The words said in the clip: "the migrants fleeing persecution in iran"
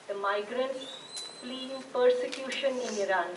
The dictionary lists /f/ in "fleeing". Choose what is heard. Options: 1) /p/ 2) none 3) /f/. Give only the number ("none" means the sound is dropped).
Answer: 1